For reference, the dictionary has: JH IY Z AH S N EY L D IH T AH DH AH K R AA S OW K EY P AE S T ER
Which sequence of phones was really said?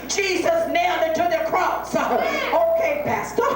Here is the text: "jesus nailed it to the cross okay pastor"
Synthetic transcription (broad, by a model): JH IY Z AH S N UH N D IH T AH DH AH K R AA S OW K EY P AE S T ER